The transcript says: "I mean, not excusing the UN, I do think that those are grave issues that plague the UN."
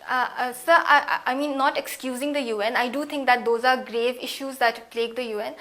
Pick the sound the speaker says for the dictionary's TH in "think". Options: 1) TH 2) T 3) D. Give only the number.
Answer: 2